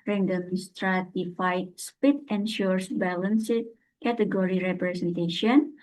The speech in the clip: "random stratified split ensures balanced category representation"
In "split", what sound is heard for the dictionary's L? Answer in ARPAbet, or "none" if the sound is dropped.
none